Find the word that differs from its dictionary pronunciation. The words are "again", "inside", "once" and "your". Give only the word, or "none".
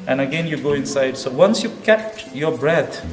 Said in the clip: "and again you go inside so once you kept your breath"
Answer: none